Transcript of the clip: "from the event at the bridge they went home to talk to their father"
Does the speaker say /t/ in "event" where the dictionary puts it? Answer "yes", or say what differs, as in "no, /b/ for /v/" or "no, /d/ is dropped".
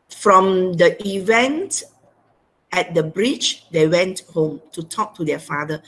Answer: yes